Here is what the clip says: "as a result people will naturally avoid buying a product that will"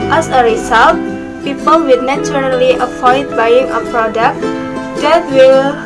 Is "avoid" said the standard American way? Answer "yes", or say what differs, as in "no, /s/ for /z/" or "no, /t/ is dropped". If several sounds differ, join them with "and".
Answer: no, /f/ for /v/